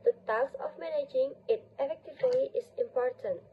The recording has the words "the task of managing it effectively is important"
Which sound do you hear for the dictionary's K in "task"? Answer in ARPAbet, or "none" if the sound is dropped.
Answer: none